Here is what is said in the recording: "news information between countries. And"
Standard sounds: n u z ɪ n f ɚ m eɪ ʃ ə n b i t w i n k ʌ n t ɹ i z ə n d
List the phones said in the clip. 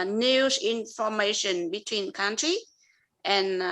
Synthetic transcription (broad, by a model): n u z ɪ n f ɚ m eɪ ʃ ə n b i t w i n k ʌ n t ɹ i ə n